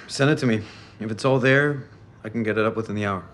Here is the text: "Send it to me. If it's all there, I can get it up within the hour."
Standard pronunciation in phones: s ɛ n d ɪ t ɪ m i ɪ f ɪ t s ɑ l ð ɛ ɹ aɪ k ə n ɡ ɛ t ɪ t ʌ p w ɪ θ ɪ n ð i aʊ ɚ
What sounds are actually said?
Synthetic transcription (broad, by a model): s ɛ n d ɪ t ɪ m i ɪ f ɪ t s ɑ l ð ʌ ɹ aɪ k n ɡ ɛ t ɪ t ʌ p w ɪ θ ɪ n ð i aʊ ɚ